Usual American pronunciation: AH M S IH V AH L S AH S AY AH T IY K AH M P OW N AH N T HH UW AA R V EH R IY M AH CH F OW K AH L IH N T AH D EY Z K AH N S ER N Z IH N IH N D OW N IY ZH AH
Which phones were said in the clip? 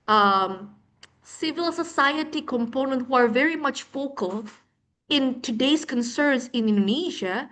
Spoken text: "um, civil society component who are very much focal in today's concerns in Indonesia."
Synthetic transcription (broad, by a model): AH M S IH V AH L S AH S AY AH T IY K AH M P OW N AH N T HH UW AA R V EH R IY M AH CH F OW K AH L IH N T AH D EY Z K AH N S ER N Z IH N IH N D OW N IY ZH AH